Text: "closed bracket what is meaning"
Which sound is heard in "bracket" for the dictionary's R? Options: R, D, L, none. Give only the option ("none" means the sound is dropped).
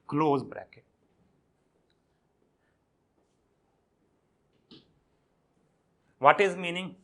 R